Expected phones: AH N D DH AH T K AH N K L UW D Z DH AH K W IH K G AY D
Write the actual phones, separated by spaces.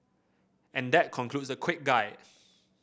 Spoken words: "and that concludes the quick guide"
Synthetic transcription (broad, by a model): AH N D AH T K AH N K L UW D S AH K W IH K G AY